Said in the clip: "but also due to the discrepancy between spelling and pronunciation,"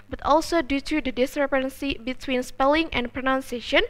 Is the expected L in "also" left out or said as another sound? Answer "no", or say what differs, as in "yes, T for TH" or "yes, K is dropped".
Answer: no